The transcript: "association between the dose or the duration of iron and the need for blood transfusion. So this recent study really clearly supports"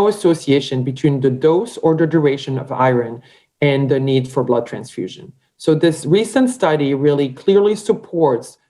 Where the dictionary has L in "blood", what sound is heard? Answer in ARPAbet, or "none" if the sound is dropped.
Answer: L